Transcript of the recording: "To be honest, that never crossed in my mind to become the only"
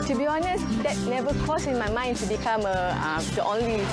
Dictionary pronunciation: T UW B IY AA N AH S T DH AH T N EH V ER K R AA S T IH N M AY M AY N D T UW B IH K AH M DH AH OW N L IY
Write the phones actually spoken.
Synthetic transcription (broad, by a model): T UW B IY AA N AH S T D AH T N EH V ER K AA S IH N M AY M AY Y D T UW B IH K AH M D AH OW N L IY